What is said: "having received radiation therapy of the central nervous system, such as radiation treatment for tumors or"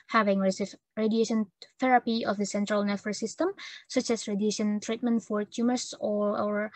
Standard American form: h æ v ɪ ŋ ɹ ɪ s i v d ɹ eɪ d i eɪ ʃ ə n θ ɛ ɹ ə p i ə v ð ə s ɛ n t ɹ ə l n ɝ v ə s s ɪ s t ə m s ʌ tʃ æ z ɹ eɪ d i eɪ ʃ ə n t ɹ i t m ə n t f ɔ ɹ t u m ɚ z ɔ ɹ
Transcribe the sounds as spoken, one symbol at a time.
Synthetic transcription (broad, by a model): h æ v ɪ ŋ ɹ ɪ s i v ɹ eɪ d i eɪ ʃ ə n θ ɛ ɹ ə p i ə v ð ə s ɛ n t ɹ ə l n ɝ f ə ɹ s ɪ s t ə m s ʌ tʃ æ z ɹ eɪ d i eɪ ʃ ə n t ɹ i t m ə n t f ɔ ɹ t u m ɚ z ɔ ɹ